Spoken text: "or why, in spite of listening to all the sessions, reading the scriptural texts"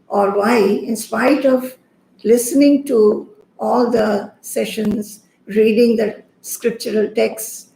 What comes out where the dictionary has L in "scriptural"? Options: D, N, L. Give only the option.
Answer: L